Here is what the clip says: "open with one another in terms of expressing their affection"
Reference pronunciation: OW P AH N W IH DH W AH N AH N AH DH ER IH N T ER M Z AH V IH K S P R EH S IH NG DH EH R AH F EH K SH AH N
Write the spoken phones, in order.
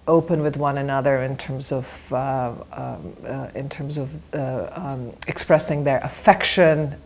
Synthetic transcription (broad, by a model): OW P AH N W IH DH W AH N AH N AH DH ER IH N T ER M Z AH V IH K S P R EH S IH NG DH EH R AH F EH K SH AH N